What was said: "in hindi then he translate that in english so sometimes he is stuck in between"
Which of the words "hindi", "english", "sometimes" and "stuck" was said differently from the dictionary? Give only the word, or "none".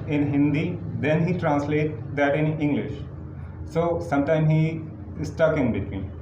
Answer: sometimes